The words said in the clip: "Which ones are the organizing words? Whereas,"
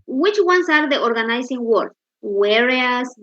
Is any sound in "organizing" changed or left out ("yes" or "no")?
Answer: yes